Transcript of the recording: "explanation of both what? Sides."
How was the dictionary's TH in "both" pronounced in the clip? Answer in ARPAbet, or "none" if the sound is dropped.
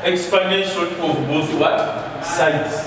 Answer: S